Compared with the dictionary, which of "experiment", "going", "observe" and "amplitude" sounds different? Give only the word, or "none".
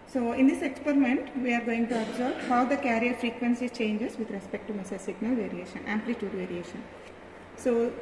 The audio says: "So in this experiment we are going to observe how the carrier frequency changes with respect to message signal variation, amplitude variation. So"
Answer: observe